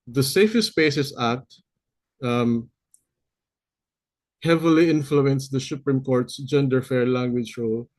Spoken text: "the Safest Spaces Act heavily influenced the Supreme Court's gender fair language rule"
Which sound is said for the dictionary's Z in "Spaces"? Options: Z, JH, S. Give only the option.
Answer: S